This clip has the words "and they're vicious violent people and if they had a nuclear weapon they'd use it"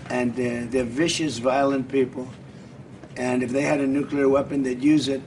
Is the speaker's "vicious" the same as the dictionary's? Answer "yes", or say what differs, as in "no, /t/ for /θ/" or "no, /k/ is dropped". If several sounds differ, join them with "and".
yes